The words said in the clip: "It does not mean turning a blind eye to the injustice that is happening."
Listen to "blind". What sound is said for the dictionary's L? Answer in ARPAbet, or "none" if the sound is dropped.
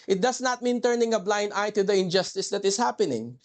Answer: L